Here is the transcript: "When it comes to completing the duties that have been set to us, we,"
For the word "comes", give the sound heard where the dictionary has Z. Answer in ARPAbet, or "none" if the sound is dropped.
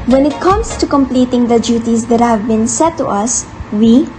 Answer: S